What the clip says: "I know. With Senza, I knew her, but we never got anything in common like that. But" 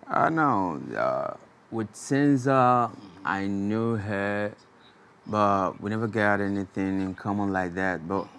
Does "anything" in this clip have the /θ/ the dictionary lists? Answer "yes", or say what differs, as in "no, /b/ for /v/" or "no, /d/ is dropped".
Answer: yes